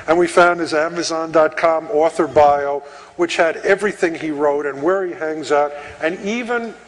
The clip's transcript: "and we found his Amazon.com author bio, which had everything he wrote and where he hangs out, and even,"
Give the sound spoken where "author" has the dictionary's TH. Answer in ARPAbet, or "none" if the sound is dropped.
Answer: TH